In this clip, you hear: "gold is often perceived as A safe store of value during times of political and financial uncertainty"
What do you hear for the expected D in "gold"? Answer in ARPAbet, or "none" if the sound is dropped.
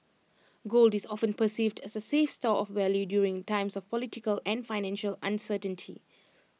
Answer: D